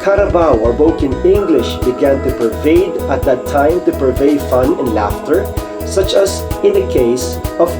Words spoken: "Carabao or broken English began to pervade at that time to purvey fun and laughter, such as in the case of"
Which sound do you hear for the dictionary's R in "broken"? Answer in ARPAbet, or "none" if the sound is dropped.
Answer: none